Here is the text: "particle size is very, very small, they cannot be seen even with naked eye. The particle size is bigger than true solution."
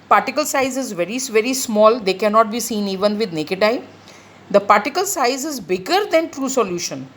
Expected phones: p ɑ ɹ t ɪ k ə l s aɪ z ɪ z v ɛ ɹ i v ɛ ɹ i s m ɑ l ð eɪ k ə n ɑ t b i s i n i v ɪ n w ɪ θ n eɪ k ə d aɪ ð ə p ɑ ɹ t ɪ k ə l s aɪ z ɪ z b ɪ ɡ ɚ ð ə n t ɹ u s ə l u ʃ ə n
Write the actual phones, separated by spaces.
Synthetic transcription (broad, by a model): p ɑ ɹ t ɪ k ə l s aɪ z ɪ z v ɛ ɹ i v ɛ ɹ i s m ɑ l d eɪ k ə n ɑ t b i s i n i v ɪ n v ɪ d n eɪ k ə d aɪ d ə p ɑ ɹ t ɪ k ə l s aɪ z ɪ z b ɪ ɡ ɚ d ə n t ɹ u s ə l u ʃ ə n